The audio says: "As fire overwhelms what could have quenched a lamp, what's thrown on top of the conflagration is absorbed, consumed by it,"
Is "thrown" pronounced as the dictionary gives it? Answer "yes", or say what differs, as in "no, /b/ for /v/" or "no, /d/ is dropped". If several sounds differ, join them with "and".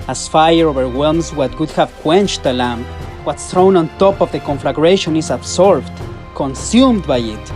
yes